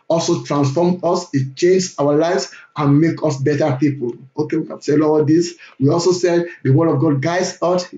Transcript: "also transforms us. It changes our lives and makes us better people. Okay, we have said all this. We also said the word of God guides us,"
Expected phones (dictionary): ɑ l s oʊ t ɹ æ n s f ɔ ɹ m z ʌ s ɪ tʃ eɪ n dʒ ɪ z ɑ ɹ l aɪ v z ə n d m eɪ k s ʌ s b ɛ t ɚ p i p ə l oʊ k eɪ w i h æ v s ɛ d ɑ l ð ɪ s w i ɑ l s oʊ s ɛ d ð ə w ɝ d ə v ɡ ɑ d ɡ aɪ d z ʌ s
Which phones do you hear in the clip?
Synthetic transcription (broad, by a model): ɑ l s oʊ t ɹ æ n s f ɔ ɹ m ʌ s ɪ tʃ eɪ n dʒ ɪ ɑ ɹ l aɪ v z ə n m eɪ k ʌ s b ɛ t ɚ p i p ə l oʊ k eɪ w i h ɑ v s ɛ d ɑ l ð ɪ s w i ɑ l s oʊ s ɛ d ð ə w ɝ d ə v ɡ ɑ d ɡ aɪ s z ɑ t